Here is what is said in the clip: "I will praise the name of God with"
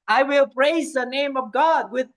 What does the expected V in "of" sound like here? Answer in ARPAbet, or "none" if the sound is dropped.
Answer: V